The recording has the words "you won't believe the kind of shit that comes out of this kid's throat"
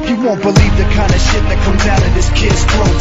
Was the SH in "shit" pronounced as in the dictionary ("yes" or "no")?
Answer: yes